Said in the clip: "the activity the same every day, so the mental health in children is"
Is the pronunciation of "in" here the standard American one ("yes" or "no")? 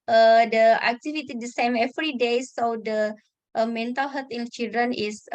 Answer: no